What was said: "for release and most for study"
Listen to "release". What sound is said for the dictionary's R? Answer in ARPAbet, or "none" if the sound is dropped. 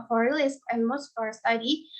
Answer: L